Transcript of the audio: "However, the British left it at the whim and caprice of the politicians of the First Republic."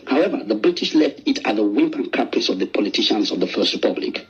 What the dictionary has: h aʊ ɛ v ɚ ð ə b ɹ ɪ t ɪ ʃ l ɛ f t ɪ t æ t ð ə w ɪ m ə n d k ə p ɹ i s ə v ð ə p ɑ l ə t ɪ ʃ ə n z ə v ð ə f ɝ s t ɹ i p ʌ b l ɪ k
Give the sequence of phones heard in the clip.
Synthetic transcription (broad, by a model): h aʊ ɛ v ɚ ð ə b ɹ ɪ t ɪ ʃ l ɛ f t ɪ t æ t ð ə w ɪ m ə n k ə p i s ə v ð ə p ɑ l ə t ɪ ʃ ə n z ə v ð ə f ɝ s t ɹ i p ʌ b l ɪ k